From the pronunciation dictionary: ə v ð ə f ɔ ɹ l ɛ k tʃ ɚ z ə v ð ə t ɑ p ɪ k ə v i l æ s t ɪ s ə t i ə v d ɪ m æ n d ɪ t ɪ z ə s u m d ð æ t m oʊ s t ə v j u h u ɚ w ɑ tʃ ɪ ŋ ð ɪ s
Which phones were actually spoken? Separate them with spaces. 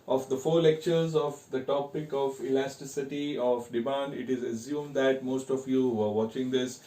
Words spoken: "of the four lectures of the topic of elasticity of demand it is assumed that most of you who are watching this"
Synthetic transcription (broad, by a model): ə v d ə f ɔ ɹ l ɛ k tʃ ɚ z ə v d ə t ɑ p ɪ k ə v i l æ s t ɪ s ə t i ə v d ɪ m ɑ n d ɪ t ɪ z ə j u m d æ t m oʊ s t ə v j u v ɚ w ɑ tʃ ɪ ŋ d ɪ s